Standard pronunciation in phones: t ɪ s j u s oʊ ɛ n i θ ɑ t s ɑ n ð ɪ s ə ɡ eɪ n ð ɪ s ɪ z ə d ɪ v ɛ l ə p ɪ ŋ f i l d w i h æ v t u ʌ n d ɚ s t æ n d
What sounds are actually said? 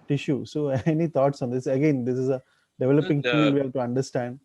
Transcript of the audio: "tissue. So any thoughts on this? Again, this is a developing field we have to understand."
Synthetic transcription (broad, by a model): t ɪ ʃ j u s oʊ ɛ n i t ɑ t s ɑ n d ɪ s ə ɡ eɪ n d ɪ s ɪ z ə d ɪ v ɛ l ə p ɪ ŋ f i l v i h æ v t u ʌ n d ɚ s t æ n d